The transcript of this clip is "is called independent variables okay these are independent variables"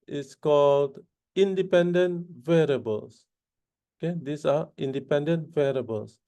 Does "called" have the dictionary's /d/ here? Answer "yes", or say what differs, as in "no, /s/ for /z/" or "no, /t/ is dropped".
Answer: yes